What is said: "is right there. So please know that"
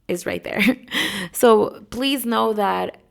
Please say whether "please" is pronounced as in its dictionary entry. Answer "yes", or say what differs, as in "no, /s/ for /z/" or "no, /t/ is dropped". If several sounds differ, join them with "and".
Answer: yes